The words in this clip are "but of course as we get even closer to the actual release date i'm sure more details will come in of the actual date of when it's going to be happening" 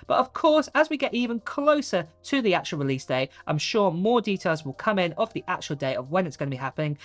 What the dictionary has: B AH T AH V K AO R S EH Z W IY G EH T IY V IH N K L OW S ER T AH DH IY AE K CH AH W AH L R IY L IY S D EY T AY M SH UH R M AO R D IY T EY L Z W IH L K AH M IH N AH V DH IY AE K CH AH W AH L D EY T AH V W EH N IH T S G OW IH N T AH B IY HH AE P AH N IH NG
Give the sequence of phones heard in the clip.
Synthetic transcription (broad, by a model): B AH T AH V K AO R S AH Z W IY G EH T IY V IH N K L OW S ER T AH DH IY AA K CH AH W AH L R IY L IY S D EY T AY M SH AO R M AO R D IY T EY L Z W IH L K AH M IH N AH V DH IY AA K CH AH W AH L D EY T AH V W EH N IH T S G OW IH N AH B IY HH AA P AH N IH NG